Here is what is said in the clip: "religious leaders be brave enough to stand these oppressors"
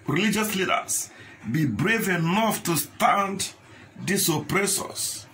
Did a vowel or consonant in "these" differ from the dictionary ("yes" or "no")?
yes